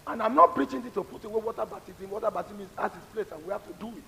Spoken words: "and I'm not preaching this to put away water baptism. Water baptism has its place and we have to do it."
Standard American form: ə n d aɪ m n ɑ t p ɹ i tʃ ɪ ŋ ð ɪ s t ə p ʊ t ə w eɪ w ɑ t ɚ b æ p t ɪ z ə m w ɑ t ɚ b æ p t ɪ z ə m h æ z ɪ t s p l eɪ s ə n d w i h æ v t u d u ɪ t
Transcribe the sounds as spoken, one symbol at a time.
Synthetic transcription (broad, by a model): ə n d aɪ m n ɑ t p ɹ i tʃ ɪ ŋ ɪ t ə p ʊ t ə w eɪ w ɑ t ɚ b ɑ t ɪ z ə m w ɑ t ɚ b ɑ t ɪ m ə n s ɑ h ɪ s p l eɪ s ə n w i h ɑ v t u d u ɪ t